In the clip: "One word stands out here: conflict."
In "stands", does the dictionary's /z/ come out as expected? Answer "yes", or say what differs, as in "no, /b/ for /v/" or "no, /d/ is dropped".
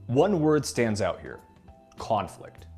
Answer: yes